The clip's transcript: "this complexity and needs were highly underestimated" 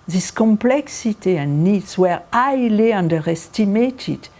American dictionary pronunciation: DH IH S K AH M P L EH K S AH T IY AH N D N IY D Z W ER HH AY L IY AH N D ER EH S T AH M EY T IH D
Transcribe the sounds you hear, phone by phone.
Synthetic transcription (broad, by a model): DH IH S K AH M P L EH K S AH T IY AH N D N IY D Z W ER AY L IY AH N D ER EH S T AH M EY T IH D